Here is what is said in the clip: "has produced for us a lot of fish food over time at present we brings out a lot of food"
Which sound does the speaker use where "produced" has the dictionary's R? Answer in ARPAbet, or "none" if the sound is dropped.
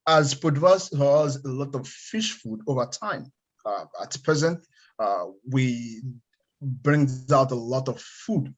none